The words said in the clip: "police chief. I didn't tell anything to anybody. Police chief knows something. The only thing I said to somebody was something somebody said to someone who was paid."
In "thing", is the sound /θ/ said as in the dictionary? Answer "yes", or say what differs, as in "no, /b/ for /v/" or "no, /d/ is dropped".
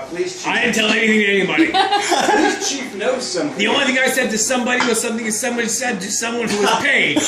yes